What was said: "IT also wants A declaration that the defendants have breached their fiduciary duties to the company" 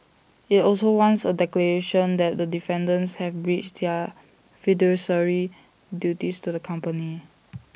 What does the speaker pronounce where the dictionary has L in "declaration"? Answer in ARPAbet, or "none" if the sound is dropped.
L